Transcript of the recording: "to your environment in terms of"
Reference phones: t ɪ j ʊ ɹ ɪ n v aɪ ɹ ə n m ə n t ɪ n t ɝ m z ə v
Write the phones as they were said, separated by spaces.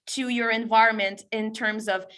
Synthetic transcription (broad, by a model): t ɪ j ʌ ɹ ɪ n v aɪ ɹ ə n m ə n t ɪ n t ɝ m z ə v